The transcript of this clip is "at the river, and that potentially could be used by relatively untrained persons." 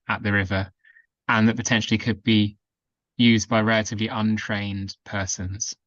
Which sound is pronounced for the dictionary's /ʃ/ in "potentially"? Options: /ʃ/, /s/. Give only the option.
/ʃ/